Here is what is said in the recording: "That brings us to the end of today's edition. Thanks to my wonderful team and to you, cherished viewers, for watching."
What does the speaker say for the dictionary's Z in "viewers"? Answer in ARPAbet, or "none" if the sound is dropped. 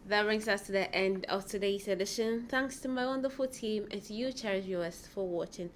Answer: S